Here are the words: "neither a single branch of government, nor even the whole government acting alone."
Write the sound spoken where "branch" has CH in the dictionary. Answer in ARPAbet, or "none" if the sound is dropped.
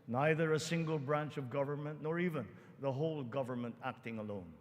CH